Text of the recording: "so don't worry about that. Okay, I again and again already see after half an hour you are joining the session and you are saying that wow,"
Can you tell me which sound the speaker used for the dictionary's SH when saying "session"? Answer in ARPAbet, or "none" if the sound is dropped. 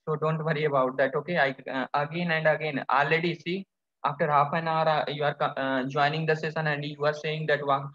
S